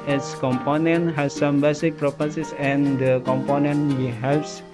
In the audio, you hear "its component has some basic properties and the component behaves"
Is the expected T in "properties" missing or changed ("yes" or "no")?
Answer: yes